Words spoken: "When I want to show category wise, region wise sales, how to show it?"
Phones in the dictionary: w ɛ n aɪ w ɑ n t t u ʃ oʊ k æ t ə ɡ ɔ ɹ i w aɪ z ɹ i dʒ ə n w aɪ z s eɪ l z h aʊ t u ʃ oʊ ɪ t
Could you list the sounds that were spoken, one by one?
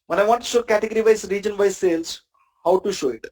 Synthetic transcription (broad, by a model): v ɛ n aɪ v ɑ n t t u ʃ oʊ k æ t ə ɡ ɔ ɹ i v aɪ s ɹ i dʒ ə n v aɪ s eɪ l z h aʊ t u ʃ oʊ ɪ t